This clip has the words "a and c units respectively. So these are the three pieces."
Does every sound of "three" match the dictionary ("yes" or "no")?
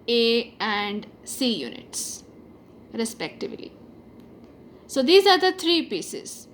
no